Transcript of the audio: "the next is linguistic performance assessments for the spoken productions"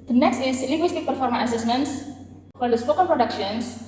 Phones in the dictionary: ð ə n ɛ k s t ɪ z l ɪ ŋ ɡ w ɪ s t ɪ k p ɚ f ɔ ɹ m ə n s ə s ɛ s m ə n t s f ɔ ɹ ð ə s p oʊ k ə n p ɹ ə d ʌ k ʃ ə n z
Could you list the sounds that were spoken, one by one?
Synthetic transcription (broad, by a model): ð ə n ɛ k s t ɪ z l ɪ ɡ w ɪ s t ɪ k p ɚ f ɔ ɹ m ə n ə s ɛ s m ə n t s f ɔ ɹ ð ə s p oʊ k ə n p ɹ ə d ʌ k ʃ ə n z